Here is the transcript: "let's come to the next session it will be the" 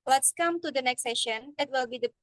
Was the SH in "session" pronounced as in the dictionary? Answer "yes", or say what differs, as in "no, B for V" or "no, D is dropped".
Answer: yes